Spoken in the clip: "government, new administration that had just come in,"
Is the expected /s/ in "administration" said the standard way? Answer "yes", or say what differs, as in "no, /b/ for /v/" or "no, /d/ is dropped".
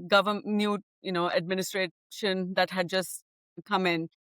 yes